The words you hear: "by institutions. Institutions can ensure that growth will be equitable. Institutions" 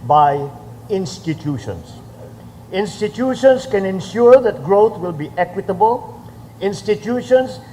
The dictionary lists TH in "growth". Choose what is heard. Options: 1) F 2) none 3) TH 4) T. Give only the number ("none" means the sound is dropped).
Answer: 4